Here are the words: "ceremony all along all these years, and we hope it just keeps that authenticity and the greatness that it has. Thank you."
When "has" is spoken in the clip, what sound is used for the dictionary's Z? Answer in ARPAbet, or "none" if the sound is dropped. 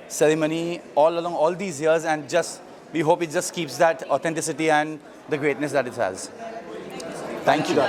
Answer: Z